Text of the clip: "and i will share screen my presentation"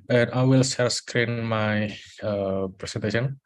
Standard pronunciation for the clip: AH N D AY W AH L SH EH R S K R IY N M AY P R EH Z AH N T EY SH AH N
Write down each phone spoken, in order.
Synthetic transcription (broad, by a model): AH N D AY W AH L S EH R S K R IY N M AY P R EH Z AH N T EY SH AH N